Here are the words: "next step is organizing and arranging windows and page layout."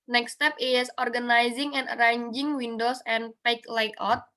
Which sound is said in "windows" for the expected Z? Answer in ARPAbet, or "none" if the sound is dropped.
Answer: S